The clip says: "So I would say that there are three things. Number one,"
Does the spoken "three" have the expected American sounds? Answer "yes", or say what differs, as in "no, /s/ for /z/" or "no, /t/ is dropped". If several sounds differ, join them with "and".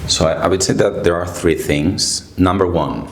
yes